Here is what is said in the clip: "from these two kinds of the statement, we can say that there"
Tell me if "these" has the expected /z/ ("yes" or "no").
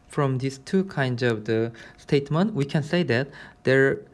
no